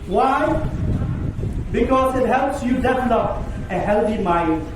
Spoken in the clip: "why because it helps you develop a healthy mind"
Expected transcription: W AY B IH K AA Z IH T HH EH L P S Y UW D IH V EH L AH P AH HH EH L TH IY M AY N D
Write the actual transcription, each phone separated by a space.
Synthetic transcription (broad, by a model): W AY B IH K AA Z IH T HH EH L P S Y UW D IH F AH N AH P AH HH EH L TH IY M AY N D